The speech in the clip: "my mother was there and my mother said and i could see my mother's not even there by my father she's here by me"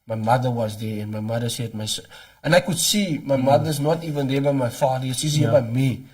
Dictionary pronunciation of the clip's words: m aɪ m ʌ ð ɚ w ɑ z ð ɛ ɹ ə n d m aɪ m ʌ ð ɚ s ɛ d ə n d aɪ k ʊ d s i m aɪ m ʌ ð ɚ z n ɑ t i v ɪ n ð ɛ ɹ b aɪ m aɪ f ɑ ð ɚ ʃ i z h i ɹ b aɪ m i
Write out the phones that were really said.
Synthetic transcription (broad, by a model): m aɪ m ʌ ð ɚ w ɑ z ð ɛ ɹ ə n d m aɪ m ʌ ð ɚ s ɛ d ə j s aɪ k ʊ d s i m aɪ m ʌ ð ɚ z n ɑ t i v ɪ n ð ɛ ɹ b aɪ m aɪ f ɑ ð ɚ s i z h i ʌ b aɪ m i